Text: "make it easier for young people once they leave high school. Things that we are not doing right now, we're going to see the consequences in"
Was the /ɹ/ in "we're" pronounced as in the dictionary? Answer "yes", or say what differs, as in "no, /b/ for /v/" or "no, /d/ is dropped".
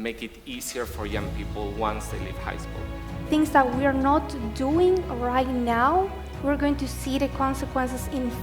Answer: yes